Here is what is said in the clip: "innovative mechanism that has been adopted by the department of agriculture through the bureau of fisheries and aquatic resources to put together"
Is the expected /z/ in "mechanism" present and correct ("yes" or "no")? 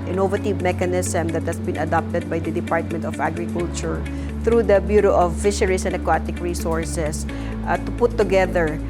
no